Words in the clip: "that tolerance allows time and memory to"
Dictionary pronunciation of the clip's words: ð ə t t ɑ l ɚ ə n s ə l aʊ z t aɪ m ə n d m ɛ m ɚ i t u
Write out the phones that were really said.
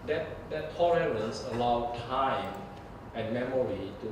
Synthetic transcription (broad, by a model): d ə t t ɑ l ɚ ə n s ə l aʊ t aɪ m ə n m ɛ m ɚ i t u